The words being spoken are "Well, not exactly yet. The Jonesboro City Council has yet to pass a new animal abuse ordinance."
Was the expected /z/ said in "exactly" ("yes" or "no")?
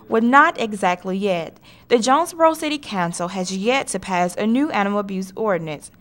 yes